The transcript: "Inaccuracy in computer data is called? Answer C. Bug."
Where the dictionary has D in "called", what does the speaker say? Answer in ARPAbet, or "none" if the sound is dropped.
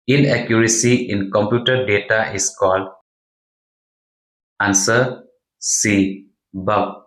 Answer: D